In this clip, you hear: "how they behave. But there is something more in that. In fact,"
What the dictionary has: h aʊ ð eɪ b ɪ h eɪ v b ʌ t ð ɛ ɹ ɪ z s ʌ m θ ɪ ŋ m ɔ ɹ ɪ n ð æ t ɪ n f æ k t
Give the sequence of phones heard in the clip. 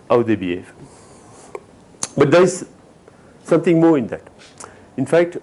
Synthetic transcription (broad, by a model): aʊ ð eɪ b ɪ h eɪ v b ʌ t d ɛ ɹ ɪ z s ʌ m t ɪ ŋ m ɔ ɹ ɪ n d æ t ɪ n f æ k t